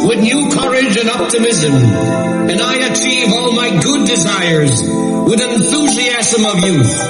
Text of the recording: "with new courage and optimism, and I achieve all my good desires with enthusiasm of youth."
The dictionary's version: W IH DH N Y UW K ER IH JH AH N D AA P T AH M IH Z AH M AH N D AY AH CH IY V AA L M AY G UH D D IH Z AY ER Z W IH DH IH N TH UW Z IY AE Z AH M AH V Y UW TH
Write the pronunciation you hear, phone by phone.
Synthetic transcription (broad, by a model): W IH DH N Y UW K ER IH JH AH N AA P T AH M IH Z AH M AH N AY AH CH IY V AA L M AY G UH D D IH Z AY ER Z W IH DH IH N TH UW Z IY AE Z AH M AH V Y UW